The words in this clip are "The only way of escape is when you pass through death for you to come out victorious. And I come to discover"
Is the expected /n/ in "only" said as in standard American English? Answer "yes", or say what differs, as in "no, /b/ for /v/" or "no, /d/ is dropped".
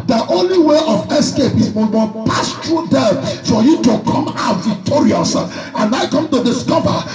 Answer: yes